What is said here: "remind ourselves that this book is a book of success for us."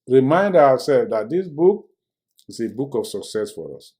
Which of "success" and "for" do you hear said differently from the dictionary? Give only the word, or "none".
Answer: none